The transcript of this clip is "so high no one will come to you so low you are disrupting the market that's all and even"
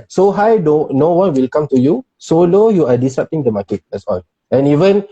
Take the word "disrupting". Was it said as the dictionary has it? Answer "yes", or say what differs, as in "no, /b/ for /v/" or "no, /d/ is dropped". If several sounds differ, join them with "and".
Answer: no, /ɹ/ is dropped